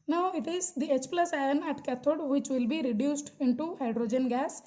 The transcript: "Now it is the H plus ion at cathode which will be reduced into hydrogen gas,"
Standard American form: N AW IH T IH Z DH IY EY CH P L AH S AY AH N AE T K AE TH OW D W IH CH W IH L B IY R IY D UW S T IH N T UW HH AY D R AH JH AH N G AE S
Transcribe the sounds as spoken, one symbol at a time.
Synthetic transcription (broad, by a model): N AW IH T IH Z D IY EY CH P L AH S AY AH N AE T K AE T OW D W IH CH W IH L B IY R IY D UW S T IH N T UW HH AY D R AH JH AH N G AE S